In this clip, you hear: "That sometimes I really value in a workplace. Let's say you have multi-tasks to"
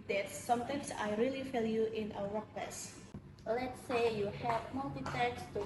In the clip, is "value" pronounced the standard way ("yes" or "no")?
no